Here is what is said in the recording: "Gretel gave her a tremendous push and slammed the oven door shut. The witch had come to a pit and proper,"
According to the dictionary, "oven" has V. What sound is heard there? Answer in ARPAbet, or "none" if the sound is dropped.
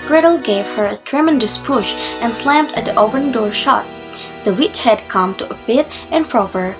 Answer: P